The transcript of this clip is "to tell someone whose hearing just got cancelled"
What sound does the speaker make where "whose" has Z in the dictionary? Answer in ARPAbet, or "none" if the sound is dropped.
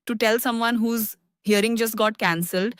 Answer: Z